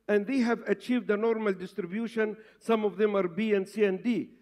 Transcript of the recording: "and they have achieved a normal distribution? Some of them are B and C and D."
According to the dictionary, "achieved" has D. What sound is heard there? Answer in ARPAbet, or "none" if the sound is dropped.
D